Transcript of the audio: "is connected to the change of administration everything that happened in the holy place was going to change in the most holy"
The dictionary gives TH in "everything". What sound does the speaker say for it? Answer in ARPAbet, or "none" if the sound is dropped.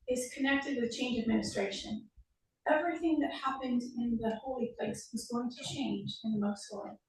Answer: TH